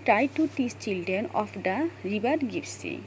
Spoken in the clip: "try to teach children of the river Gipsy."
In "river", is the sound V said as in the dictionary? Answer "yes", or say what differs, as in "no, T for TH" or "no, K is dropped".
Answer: no, B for V